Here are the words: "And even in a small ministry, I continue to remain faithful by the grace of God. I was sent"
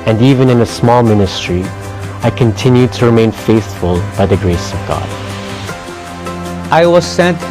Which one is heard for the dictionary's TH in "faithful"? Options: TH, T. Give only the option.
TH